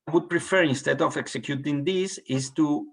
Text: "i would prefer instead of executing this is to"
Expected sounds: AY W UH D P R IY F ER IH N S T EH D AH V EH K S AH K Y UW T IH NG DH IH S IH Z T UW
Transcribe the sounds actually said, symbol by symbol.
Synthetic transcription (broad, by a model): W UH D P R IY F ER IH N S T EH D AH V EH K S AH K Y UW T IH NG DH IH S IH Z T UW